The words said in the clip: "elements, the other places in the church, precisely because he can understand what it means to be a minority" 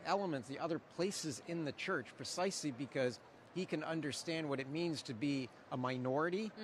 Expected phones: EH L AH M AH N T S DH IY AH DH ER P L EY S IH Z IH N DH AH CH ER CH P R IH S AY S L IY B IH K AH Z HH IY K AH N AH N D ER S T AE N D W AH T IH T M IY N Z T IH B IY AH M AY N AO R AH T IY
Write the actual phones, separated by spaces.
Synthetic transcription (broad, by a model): EH L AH M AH N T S DH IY AH DH ER P L EY S IH Z IH N DH AH CH ER CH P R IH S AY S L IY B IH K AH Z HH IY K AH N AH N D ER S T AE N D W AH T IH T M IY N Z T IH B IY AH M AY N AO R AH T IY